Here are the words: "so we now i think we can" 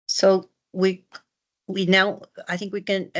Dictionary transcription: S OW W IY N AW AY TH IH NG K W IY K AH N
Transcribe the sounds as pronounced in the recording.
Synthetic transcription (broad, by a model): S OW W IY N AW AY TH IH NG K W IY K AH N